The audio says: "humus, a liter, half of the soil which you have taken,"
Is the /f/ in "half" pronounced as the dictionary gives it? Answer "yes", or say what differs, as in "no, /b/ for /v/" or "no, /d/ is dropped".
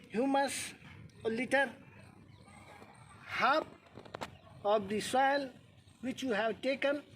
no, /p/ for /f/